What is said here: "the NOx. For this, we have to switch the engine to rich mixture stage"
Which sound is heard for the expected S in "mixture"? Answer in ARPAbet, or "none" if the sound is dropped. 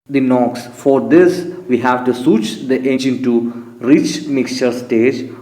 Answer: S